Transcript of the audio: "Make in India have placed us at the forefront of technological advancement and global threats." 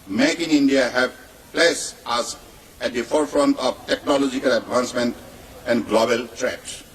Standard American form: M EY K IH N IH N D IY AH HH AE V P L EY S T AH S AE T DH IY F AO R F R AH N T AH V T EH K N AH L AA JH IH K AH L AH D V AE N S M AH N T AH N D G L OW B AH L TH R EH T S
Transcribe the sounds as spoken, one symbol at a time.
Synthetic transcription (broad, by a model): M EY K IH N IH N D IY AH HH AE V P L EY S AH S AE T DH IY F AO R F R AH N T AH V T EH K N AH L AA JH IH K AH L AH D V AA N S M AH N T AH N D G L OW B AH L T R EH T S